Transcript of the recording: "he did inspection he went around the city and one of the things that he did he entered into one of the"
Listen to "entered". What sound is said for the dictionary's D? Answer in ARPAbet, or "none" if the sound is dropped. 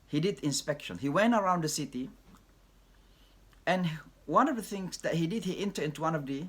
none